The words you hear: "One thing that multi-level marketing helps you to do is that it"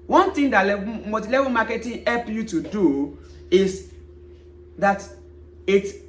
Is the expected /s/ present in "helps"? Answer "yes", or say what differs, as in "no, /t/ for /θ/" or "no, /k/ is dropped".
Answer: no, /s/ is dropped